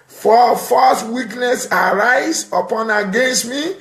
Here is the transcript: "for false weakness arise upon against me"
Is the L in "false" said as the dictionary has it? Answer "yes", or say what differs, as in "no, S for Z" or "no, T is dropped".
no, L is dropped